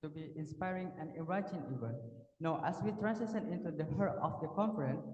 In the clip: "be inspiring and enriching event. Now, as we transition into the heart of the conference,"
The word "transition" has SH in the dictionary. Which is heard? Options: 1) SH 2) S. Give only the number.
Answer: 2